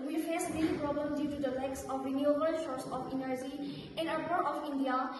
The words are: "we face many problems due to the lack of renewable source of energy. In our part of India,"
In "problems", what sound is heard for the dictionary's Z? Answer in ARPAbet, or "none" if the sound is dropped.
none